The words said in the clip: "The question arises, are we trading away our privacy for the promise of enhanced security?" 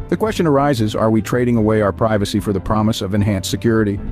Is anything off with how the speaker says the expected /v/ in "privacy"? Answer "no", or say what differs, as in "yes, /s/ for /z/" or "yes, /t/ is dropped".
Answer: no